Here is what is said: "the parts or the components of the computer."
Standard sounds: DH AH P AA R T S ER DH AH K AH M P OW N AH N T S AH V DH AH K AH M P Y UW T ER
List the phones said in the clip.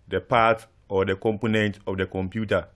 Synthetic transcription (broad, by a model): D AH P AA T AO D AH K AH M P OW N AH N T AH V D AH K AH M P Y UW T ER